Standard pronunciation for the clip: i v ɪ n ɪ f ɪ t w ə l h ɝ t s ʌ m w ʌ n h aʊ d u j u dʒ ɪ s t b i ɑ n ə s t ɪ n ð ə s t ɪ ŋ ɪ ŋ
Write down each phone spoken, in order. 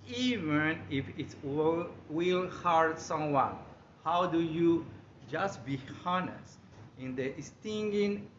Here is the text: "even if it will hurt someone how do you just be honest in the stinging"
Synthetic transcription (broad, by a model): i v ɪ n ɪ f ɪ t w ə l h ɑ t s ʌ m w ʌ n h aʊ d u j u dʒ ɪ s t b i ɑ n ə s t ɪ n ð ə s t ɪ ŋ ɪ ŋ